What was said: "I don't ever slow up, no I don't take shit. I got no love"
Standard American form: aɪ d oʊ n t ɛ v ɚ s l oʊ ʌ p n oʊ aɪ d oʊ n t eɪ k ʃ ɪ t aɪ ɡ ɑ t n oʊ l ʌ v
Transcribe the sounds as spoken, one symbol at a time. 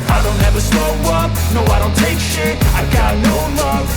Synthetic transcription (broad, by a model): aɪ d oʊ n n ɛ v ɚ s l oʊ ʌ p n oʊ aɪ d oʊ n t eɪ k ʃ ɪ aɪ ɡ ɑ t n oʊ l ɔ